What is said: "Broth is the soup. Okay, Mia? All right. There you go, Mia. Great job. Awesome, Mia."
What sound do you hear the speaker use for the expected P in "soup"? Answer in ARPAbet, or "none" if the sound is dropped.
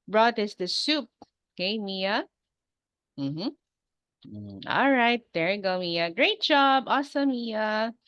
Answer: P